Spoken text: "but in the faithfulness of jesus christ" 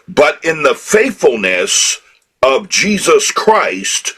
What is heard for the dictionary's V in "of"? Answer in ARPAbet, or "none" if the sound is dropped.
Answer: V